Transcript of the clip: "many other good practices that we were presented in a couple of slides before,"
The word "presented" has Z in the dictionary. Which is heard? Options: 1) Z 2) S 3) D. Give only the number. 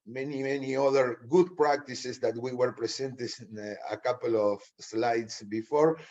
2